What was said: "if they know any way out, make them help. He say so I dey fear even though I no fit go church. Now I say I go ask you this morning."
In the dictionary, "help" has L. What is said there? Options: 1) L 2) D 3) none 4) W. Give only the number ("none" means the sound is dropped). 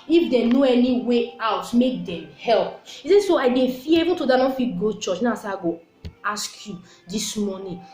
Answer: 1